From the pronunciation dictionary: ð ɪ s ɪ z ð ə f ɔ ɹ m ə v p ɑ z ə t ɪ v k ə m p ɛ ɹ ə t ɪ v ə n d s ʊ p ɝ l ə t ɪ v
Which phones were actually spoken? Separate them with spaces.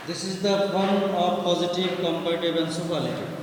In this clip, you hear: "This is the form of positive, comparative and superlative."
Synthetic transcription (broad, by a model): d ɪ s ɪ z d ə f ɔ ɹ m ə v p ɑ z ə t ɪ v k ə m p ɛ ə t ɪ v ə n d s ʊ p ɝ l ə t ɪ